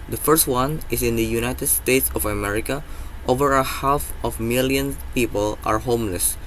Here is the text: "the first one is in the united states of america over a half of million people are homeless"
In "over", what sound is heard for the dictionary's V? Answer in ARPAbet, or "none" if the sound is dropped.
V